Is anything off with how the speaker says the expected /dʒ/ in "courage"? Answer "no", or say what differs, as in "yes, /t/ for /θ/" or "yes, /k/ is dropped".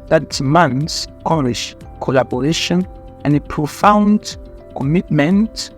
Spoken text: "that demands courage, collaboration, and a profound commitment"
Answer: yes, /ʃ/ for /dʒ/